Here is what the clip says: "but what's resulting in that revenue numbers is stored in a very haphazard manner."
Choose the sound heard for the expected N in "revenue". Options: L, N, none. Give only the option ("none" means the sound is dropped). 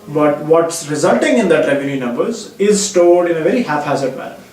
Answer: L